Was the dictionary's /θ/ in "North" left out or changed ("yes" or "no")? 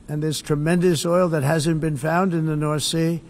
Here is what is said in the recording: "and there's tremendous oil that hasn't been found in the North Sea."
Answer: no